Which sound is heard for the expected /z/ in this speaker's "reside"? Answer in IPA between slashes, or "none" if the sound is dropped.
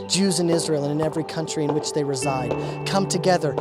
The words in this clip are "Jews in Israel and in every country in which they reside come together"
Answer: /z/